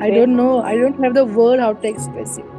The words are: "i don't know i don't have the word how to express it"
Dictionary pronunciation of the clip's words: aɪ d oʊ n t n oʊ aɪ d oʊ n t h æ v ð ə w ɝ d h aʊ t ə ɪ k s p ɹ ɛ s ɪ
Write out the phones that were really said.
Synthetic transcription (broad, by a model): aɪ d oʊ n t n oʊ aɪ d oʊ n t h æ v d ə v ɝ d h aʊ t ə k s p ɛ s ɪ